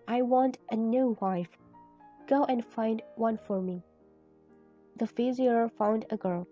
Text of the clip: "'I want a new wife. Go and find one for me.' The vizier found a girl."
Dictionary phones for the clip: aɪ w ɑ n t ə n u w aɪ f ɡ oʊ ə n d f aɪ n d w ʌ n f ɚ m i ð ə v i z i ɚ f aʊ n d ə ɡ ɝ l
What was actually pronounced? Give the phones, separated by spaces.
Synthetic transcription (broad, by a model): aɪ w ɑ n t ə n u w aɪ f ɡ oʊ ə n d f aɪ n d w ʌ n f ɚ m i ð ə f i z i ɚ f aʊ n d ə ɡ ɝ l